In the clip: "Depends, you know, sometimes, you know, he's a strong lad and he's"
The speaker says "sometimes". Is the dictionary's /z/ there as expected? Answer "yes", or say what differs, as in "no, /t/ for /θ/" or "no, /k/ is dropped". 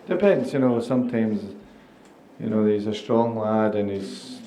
yes